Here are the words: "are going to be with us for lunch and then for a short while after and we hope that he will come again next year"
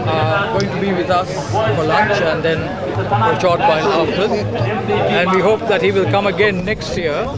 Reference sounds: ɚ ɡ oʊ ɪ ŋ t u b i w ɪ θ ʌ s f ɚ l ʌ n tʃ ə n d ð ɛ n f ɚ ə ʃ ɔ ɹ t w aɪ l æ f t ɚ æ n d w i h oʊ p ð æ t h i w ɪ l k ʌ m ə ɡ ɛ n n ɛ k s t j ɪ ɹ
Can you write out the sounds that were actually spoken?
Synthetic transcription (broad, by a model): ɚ ɡ oʊ ɪ ŋ t u b i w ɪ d ʌ s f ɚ l ʌ n tʃ ə n d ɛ n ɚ ə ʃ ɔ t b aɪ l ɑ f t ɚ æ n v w i h oʊ p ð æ t h i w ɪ l k ʌ m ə ɡ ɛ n n ɛ k s t j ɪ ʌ